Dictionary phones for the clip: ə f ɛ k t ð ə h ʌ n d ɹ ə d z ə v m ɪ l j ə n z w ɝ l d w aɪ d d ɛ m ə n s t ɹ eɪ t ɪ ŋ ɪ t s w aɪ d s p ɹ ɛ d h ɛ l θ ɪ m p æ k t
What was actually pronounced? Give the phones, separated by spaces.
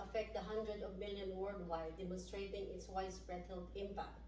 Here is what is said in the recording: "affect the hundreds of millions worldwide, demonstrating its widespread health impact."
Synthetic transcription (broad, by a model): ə f ɛ k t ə h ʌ n d ɹ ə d ə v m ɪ l j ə n w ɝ d w aɪ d d ɛ m ə n s t ɹ eɪ t ɪ ŋ ɪ t s w aɪ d s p ɹ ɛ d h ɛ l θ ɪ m p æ k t